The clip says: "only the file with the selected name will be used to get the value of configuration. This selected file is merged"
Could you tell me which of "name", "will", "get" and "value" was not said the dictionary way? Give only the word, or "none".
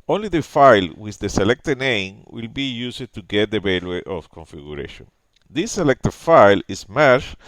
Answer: value